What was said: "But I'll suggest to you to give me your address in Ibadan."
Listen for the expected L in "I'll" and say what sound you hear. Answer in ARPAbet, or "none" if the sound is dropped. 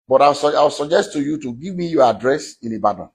W